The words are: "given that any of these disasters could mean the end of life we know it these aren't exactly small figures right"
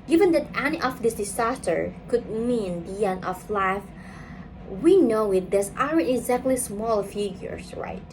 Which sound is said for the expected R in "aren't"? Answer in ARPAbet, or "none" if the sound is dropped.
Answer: none